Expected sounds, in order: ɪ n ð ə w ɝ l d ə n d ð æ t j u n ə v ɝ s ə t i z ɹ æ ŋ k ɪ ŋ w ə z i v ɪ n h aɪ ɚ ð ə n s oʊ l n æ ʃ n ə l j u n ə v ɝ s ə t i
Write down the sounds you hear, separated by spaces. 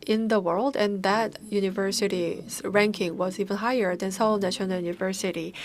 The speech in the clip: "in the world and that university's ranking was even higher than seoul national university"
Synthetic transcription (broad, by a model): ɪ n ð ə w ɝ l d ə n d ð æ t j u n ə v ɝ s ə t i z ɹ æ ŋ k ɪ ŋ w ə z i v ɪ n h aɪ ɚ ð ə n s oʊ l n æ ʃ ə n j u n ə v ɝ s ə t i